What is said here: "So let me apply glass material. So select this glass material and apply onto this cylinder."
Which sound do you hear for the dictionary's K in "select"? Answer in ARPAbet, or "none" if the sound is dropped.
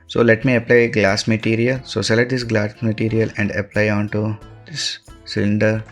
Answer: none